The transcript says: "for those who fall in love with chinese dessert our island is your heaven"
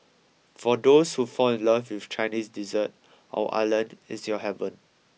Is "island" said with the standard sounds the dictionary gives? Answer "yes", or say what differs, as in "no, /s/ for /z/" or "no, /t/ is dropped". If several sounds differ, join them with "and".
no, /d/ is dropped